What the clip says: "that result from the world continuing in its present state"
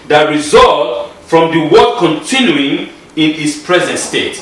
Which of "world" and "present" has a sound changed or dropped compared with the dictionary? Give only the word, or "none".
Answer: world